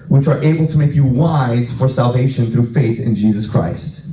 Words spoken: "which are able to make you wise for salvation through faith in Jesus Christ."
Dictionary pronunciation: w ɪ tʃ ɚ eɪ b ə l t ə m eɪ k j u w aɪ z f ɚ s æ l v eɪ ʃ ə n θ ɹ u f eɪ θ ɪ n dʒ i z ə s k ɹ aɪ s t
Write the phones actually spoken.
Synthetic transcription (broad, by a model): w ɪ tʃ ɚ eɪ b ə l t ə m eɪ k j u w aɪ z f ɚ s æ l v eɪ ʃ ə n θ ɹ u f eɪ θ ɪ n dʒ i z ə s k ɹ aɪ s t